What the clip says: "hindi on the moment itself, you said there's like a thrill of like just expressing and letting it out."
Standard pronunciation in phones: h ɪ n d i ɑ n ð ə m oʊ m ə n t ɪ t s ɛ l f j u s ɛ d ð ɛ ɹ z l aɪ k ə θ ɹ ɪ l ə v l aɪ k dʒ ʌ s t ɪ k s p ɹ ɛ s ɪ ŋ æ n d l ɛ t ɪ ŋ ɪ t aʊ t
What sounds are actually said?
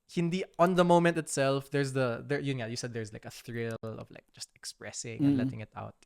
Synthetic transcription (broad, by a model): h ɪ n d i ɑ n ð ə m oʊ m ə n t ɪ t s ɛ l f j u s ɛ d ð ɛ ɹ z l aɪ k ə θ ɹ ɪ l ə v l aɪ k dʒ ʌ s t ɪ k s p ɹ ɛ s ɪ ŋ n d l ɛ t ɪ ŋ ɪ t aʊ t